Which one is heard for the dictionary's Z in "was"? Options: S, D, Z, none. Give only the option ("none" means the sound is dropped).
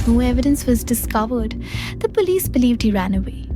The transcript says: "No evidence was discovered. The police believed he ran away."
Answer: Z